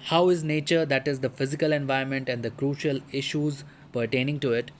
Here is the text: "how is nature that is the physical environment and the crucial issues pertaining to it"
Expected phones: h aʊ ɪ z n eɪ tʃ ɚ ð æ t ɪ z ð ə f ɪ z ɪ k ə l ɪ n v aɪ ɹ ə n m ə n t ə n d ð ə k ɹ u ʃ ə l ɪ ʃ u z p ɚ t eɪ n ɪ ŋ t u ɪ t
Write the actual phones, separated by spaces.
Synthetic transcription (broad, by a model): h aʊ ɪ z n eɪ tʃ ɚ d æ t ɪ z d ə f ɪ z ɪ k ə l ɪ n v aɪ ə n m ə n t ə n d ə k ɹ u ʃ ə l ɪ ʃ u z p ɚ t eɪ n ɪ ŋ t u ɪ t